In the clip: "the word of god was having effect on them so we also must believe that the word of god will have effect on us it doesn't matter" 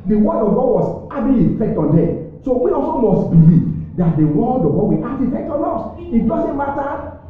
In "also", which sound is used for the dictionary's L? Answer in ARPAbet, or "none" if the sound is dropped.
none